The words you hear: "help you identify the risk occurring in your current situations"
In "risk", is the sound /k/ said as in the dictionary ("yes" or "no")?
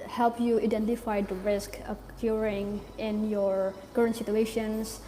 yes